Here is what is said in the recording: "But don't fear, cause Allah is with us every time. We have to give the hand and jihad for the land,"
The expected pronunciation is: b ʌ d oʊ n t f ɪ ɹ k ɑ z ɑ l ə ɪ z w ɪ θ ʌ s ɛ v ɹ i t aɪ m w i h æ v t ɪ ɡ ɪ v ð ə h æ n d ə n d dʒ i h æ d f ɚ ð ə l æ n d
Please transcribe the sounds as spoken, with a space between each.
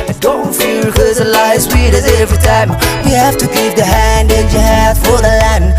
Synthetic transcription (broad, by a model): d oʊ n t f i l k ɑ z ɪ l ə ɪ s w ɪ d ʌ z ɛ v ɹ i t aɪ m w i h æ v t ɪ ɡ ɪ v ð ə h æ n d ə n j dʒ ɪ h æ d f ɚ ð ə l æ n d